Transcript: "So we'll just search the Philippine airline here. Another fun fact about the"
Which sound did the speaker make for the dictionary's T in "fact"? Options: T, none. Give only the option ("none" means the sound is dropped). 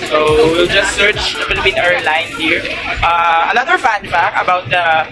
none